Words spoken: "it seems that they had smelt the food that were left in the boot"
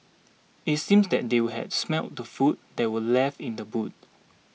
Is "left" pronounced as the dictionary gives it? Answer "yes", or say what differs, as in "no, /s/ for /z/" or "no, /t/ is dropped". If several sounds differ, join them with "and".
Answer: no, /t/ is dropped